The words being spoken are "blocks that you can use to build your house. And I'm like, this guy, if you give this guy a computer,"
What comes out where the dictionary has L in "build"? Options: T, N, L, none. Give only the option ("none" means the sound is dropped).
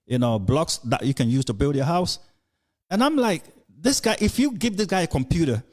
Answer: L